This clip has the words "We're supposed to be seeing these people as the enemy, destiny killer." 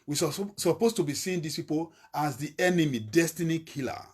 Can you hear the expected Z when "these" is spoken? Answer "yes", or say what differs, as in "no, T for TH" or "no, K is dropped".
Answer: no, S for Z